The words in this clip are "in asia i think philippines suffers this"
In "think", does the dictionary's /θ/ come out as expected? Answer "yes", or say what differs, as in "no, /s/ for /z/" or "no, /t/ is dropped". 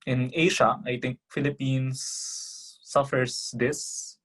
no, /t/ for /θ/